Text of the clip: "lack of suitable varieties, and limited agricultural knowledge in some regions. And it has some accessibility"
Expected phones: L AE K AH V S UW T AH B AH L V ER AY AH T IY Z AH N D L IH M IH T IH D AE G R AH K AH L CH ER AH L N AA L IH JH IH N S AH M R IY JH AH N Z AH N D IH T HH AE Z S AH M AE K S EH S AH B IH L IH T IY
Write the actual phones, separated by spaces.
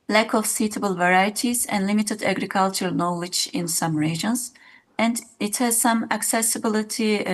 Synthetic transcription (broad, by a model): L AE K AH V S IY T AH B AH L V ER AY AH T IY Z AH N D L IH M IH T IH D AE G R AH K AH L CH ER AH L N AA L IH JH IH N S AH M R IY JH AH N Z AH N D IH T HH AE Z S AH M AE K S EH S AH B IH L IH T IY